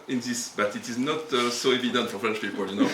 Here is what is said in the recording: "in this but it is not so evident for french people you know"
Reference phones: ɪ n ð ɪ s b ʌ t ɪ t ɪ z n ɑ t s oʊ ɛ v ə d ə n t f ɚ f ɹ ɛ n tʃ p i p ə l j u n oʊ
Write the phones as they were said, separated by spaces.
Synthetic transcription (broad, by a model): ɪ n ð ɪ s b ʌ t ɪ t ɪ z n ɑ t s oʊ ɛ v ə d ə n t f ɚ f l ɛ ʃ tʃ p i p ə l j u n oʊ